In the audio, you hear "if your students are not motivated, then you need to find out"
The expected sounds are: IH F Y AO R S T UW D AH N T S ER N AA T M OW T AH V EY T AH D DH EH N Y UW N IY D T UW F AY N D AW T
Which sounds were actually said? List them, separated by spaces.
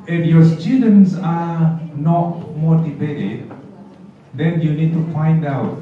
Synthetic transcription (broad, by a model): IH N Y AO S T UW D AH N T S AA N AA T M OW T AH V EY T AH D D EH N Y UW N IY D T UW F AY N D AW T